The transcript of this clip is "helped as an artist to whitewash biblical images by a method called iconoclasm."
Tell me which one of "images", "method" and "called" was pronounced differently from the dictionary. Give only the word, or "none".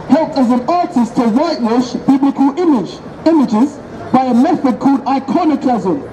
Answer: none